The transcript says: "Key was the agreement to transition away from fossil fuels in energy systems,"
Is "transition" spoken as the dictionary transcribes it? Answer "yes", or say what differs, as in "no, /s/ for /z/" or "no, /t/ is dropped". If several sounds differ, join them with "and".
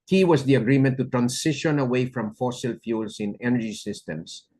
no, /s/ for /z/